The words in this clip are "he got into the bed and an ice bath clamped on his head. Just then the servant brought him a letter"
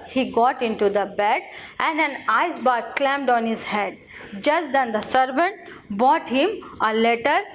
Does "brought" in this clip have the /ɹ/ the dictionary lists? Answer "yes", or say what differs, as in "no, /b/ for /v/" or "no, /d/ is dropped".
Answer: no, /ɹ/ is dropped